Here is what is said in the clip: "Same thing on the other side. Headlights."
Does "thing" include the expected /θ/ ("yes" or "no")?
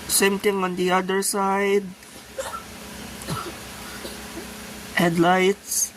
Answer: no